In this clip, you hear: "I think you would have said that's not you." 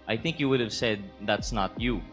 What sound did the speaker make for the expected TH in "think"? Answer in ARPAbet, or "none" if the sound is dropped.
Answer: TH